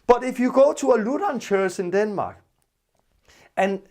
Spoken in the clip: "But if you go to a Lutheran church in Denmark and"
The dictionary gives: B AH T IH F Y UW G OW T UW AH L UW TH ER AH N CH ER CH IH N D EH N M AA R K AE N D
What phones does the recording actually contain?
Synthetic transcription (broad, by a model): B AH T IH F Y UW G OW S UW AH L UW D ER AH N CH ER S IH N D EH N M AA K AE N